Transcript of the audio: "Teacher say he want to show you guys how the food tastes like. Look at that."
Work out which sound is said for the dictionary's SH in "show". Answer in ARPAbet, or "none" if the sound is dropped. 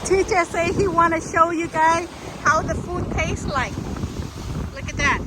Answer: SH